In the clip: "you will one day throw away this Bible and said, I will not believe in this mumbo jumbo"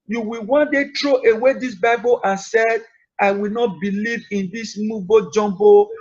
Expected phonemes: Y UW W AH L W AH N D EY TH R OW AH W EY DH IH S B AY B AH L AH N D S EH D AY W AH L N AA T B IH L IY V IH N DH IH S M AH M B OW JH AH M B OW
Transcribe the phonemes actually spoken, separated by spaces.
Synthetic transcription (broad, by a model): Y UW W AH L W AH N D EY T R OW AH W EY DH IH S B AY B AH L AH N S EH D AY W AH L N AA T B IH L IY V IH N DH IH S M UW B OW JH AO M B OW